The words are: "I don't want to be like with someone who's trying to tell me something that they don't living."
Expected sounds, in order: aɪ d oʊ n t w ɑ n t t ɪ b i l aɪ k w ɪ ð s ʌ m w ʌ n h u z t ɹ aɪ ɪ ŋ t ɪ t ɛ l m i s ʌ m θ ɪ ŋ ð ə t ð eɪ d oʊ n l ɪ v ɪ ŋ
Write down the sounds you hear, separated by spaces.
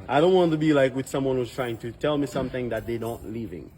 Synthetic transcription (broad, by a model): aɪ d oʊ n t w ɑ n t t ɪ b i l aɪ k w ɪ ð s ʌ m w ʌ n h u z t ɹ aɪ ɪ ŋ t ɪ t ɛ l m i s ʌ m θ ɪ ŋ ð ə t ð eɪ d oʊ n l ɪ v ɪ ŋ